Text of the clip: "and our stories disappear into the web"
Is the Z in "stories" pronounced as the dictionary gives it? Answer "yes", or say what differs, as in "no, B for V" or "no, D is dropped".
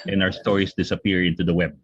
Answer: no, S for Z